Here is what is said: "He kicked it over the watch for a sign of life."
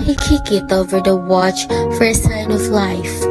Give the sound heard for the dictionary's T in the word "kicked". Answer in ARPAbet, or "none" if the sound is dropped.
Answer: none